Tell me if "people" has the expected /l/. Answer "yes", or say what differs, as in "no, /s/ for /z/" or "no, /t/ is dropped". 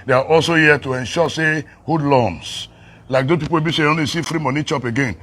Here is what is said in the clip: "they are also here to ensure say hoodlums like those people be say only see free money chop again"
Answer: no, /w/ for /l/